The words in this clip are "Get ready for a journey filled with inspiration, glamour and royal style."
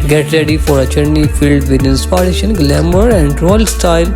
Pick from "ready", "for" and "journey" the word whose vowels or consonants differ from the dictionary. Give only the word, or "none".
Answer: journey